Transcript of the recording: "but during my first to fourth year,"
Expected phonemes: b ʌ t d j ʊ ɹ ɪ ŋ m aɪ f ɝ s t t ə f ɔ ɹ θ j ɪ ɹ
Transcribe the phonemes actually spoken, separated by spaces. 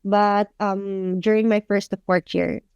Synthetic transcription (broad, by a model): b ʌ t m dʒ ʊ ɹ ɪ ŋ m aɪ f ɝ s t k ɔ ɹ t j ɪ ɹ